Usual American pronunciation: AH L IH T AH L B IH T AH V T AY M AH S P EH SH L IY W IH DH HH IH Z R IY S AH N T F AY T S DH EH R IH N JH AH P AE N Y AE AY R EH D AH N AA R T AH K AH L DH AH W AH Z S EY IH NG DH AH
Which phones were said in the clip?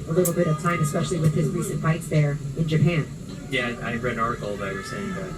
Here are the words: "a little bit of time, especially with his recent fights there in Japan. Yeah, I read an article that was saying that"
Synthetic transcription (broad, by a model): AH L IH T L B IH T AH V T AY M AH S P EH SH L IY W IH DH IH Z R IY S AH N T AY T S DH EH R IH N JH AH P AE N Y AE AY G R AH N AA R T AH AH L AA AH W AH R S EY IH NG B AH